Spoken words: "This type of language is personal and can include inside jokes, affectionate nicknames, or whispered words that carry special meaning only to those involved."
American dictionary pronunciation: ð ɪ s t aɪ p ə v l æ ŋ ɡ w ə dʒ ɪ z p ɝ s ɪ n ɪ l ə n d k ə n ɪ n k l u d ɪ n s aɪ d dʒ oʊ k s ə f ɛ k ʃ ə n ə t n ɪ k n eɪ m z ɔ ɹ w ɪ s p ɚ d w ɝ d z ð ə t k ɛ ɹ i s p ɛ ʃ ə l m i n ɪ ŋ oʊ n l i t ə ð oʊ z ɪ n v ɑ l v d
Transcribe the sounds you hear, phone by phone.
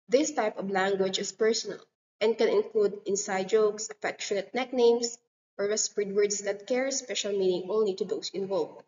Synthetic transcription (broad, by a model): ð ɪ s t aɪ p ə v l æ ŋ ɡ w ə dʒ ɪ s p ɝ s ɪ n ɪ l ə n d k ə n ɪ n k l u d ɪ n s aɪ d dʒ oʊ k s ə f ɛ k ʃ ə n ə t n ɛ k n eɪ m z ɔ ɹ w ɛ s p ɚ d w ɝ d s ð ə t k ɛ ɹ s p ɛ ʃ ə l m i n ɪ ŋ oʊ n l i t ə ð oʊ s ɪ n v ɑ l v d